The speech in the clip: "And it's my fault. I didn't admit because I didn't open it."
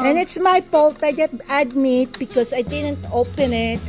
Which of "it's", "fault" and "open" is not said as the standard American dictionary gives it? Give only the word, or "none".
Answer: fault